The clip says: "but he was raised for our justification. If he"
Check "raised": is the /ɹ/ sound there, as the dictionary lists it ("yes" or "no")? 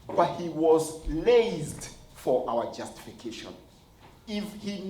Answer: no